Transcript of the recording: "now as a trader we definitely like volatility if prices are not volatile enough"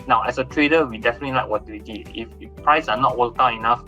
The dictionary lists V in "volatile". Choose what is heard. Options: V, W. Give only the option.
W